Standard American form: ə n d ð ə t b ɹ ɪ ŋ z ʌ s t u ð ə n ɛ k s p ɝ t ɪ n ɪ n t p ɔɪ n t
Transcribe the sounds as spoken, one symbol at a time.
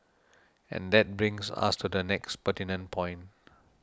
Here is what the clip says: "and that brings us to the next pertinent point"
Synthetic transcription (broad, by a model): ə n d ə t b ɹ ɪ ŋ s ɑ s t u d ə n ɛ k s p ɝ t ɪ n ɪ n p ɔɪ n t